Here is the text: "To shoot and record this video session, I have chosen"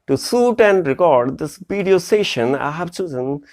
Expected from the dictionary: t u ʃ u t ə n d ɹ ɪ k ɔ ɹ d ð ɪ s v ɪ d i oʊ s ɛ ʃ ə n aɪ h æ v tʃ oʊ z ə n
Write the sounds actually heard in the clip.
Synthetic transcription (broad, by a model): t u s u t ə n d ɹ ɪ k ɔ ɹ d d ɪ s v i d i oʊ s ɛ ʃ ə n aɪ h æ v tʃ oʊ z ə n